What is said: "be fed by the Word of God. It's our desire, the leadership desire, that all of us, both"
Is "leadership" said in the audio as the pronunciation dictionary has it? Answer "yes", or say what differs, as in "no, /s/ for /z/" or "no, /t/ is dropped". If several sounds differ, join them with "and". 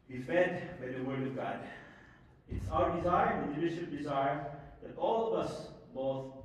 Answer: no, /n/ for /l/